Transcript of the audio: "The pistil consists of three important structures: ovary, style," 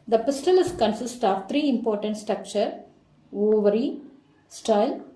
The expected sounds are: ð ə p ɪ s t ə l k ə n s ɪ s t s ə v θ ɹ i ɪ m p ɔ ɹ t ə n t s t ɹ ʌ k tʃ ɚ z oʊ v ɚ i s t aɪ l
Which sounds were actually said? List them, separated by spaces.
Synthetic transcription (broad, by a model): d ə p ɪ s t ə l k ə n s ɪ s t ə v t ɹ i ɪ m p ɔ ɹ t ə n t s t ɹ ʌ k tʃ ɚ oʊ v ɚ i s t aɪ l